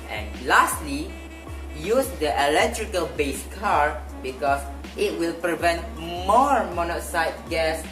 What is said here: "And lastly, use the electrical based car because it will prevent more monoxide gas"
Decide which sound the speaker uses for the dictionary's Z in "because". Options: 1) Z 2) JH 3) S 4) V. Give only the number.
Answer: 3